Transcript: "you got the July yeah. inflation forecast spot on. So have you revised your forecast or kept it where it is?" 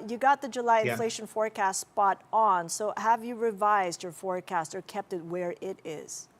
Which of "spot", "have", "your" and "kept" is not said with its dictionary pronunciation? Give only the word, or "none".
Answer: none